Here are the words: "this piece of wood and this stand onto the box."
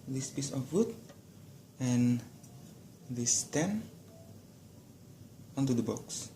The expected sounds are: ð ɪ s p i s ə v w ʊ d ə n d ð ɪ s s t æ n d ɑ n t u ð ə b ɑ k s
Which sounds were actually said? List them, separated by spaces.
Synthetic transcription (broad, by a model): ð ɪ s p i s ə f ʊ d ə n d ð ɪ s s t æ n ɑ n t u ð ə b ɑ k s